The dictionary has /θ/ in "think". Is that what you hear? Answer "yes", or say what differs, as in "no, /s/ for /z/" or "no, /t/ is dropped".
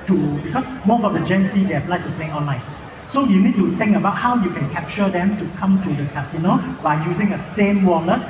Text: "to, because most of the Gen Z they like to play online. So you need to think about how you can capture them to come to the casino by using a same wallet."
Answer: no, /t/ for /θ/